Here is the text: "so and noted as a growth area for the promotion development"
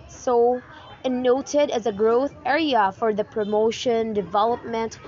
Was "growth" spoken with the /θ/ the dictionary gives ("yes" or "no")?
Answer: yes